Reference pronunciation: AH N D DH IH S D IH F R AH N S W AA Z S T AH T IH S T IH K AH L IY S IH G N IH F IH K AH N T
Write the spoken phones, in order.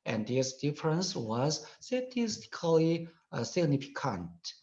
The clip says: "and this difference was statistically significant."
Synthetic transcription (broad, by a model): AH N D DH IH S D IH F R AH N S W AA Z S T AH T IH S T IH K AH L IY S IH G N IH F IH K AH N T